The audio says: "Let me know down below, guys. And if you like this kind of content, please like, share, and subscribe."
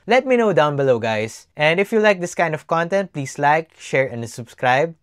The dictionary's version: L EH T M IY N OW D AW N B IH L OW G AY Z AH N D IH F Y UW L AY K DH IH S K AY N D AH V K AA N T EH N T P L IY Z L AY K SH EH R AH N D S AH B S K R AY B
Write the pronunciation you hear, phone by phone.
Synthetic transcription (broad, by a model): L EH T M IY N OW D AW N B IH L OW G AY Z AH N D IH F Y UW L AY K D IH S K AY N D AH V K AA N T EH N T P L IY S L AY K SH EH R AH N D S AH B S K R AY B